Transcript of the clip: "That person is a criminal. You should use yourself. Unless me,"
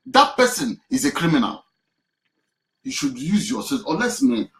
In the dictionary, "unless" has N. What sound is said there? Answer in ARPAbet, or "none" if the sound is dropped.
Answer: none